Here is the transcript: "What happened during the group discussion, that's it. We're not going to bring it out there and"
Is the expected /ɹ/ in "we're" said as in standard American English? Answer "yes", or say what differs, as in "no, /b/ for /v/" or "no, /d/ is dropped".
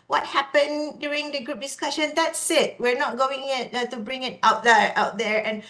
yes